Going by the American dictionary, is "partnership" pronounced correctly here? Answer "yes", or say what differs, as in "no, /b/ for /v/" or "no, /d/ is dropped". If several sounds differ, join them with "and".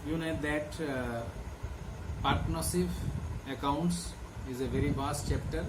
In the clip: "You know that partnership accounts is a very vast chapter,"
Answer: no, /s/ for /ʃ/